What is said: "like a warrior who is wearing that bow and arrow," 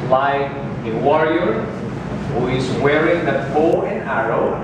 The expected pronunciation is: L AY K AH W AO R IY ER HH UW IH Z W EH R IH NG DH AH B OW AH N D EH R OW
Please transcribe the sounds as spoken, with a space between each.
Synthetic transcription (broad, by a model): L AY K AH W AO R IY ER HH UW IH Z W EH R IH NG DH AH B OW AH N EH R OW